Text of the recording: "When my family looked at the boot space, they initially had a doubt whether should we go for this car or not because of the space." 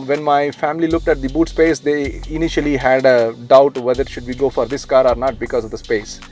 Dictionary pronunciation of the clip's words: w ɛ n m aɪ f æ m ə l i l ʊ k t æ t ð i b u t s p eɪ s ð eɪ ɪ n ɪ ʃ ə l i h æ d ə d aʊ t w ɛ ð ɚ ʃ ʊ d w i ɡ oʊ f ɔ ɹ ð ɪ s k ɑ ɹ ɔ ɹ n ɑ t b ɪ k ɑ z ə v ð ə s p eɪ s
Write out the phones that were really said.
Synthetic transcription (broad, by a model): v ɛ n m aɪ f æ m ə l i l ʊ k t æ t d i b u t s p eɪ s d eɪ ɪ n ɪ ʃ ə l i h æ d ə d aʊ t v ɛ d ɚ ʃ ʊ d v i ɡ oʊ f ɔ ɹ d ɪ s k ɑ ɹ ɔ ɹ n ɑ t b ɪ k ɑ z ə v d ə s p eɪ s